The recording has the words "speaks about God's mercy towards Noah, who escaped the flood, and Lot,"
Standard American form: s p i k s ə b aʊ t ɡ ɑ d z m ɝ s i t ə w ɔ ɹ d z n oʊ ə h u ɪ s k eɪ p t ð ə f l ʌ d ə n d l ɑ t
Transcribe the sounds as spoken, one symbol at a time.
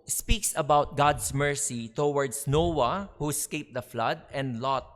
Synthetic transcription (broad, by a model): s p i k s ə b aʊ t ɡ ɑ d s m ɝ s i t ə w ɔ ɹ d s n oʊ ə h u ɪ s k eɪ p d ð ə f l ʌ d ə n d l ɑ t